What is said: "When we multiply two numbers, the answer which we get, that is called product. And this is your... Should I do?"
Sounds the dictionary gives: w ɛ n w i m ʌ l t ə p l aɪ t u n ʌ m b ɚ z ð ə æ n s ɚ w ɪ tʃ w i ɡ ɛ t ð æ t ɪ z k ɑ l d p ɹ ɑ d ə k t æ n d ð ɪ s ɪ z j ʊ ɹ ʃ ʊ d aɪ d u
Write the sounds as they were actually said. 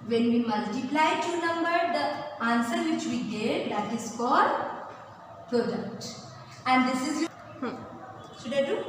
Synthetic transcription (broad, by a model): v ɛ n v i m ʌ l t ə p l aɪ t u n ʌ m b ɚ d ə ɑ n s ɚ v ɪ tʃ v i ɡ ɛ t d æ t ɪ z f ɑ d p ɹ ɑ d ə k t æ n d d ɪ s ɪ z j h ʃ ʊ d aɪ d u